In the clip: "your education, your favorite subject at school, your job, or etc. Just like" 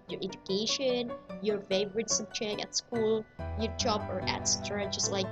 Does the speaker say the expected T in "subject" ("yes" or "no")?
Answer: no